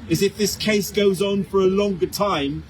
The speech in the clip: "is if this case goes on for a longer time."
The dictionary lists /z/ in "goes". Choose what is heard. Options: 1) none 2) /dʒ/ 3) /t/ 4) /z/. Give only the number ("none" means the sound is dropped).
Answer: 4